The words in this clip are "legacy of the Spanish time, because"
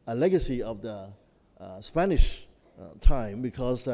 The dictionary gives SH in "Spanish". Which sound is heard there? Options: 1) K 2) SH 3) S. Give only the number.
2